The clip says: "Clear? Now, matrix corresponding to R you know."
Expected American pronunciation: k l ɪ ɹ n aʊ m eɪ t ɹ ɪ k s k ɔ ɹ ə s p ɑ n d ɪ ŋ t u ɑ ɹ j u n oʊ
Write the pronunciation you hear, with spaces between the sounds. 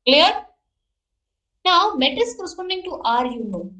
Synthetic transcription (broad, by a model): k l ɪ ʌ n aʊ m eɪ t ɪ s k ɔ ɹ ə s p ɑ n d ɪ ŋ t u ɑ ɹ j u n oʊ